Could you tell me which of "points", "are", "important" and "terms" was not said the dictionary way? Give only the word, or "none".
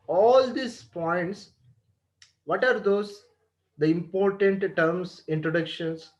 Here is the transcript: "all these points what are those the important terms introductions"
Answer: terms